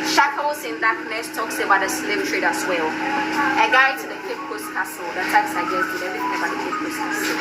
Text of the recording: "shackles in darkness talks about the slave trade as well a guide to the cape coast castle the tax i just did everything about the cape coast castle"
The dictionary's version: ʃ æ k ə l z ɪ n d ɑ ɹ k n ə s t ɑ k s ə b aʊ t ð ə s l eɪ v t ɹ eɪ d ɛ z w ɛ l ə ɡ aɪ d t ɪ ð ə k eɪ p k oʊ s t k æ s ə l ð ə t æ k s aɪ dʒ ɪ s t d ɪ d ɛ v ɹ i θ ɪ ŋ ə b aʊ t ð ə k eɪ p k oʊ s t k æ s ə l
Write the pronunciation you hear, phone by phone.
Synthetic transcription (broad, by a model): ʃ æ k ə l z ɪ n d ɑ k n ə s t ɑ k s ə b aʊ t ð ə s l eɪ p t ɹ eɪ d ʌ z w ɛ l ə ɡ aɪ t ɪ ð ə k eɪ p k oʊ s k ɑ s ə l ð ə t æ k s aɪ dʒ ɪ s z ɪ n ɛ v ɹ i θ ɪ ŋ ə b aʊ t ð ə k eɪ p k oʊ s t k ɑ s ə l